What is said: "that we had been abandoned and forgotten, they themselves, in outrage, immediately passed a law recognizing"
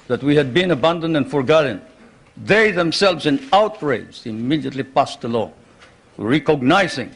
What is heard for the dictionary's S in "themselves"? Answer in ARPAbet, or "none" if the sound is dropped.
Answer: S